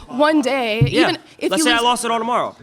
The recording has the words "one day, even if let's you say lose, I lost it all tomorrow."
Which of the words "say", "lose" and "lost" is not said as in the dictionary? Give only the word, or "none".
lose